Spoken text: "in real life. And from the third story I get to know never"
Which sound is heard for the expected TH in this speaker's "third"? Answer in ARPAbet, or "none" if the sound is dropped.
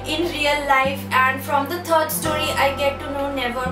T